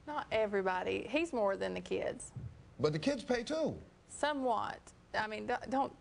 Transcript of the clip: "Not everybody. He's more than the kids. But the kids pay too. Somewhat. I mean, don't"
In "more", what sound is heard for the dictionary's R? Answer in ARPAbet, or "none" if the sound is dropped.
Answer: R